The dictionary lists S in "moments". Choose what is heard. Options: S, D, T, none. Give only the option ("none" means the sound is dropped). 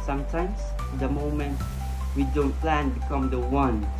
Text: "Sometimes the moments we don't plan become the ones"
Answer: none